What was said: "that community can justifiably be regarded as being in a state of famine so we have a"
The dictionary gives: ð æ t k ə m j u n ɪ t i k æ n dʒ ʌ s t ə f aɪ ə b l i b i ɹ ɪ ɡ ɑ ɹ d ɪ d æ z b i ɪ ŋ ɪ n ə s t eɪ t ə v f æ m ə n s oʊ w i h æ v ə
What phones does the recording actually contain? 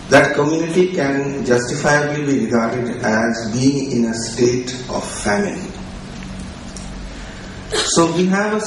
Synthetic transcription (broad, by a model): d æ t k ə m j u n ɪ t i k æ n dʒ ʌ s t ə f aɪ ə b l i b i ɹ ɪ ɡ ɑ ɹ d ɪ d æ z b i ɪ ŋ ɪ n ə s t eɪ t ə v f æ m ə l s oʊ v i h æ v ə